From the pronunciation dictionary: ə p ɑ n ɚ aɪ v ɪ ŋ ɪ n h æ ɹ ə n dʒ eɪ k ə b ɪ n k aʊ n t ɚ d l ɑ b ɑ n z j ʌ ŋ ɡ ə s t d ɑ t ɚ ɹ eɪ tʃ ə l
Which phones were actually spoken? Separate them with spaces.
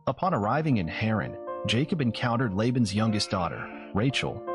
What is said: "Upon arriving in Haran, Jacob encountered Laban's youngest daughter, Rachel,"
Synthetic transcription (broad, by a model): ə p ɑ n ɚ aɪ v ɪ ŋ ɪ n h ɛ ɹ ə n dʒ eɪ k ə b ɪ n k aʊ n t ɚ d l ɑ b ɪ n z j ʌ ŋ ɡ ə s t d ɑ t ɚ ɹ eɪ tʃ l